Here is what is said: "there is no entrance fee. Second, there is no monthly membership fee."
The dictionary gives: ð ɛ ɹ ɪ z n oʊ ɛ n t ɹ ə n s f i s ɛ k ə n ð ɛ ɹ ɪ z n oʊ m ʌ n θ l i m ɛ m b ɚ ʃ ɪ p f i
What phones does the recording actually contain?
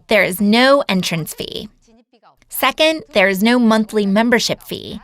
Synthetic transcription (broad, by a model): ð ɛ ɹ ɪ z n oʊ ɛ n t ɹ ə n s f i s ɛ k ə n ð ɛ ɹ ɪ z n oʊ m ʌ n θ l i m ɛ m b ɚ ʃ ɪ p f i